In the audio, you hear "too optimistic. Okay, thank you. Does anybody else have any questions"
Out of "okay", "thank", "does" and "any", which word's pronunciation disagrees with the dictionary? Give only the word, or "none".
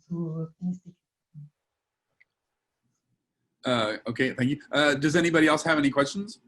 none